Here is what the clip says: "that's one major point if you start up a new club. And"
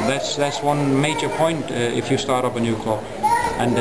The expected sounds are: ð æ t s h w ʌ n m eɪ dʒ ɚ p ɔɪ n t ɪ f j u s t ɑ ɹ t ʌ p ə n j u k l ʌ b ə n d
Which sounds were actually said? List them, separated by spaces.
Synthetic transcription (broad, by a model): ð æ t s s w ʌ n m eɪ dʒ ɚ p ɔɪ n t ɪ f j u s t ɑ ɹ t ʌ p ə n j u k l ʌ ə n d